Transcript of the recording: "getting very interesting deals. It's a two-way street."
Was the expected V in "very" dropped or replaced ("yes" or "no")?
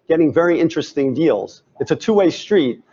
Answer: no